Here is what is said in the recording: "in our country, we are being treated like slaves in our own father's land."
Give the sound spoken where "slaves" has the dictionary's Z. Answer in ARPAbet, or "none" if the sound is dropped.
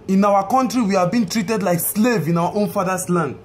none